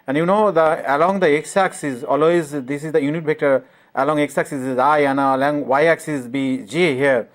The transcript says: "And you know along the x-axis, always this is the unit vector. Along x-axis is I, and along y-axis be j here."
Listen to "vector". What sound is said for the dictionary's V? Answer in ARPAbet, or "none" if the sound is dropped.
B